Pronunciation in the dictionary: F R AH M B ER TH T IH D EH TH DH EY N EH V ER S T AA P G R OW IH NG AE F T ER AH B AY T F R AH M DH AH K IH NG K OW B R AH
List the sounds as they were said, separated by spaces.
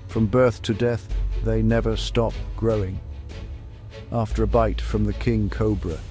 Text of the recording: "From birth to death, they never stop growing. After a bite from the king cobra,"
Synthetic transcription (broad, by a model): F R AH M B ER TH T IH D EH TH DH EY N EH V ER S T AA P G R OW IH NG AE F T ER AH B AY T F R AH M DH AH K IH NG K OW B R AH